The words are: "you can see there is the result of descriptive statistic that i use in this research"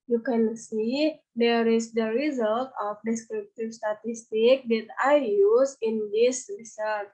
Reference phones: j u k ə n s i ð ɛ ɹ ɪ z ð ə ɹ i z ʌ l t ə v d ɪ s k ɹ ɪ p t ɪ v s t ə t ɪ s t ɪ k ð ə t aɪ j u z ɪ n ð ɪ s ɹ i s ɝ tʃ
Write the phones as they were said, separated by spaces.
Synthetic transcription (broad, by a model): j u k ə n s i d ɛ ɹ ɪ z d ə ɹ i z ʌ l t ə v d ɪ s k ɹ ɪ p t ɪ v s t ə t ɪ s t ɪ k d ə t aɪ j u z ɪ n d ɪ s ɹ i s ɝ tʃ